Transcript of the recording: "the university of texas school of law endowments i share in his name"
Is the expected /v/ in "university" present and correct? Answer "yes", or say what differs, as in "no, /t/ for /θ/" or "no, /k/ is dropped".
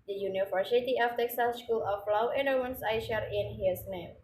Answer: no, /f/ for /v/